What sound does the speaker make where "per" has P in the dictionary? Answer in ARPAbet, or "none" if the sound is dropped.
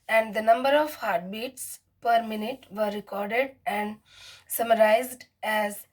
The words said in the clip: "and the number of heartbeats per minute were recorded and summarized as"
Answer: P